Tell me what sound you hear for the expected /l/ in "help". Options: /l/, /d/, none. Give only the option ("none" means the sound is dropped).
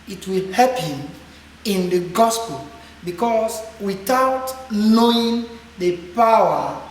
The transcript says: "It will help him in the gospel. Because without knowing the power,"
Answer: none